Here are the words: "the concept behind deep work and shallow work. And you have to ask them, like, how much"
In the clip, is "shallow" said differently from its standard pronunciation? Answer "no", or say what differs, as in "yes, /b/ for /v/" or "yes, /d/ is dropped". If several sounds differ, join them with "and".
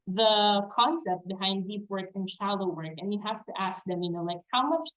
no